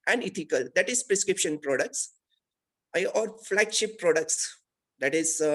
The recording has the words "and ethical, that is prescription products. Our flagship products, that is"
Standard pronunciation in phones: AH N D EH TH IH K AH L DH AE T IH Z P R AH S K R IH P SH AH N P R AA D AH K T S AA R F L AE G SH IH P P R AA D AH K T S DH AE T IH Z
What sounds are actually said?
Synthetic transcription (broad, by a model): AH N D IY T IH K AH L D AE T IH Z P R AH S K R IH P SH AH N P R AA D AH K T S AA R F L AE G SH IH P P R AA D AH K T S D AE T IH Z